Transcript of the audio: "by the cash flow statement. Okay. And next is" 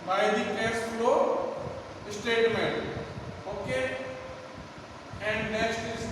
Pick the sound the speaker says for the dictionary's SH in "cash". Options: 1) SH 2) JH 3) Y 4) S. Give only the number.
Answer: 4